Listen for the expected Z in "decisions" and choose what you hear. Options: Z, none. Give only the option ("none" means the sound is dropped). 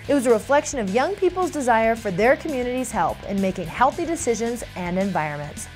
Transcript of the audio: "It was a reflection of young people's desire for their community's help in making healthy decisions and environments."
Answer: Z